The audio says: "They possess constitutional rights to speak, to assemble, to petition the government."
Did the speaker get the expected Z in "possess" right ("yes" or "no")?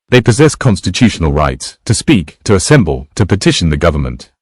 yes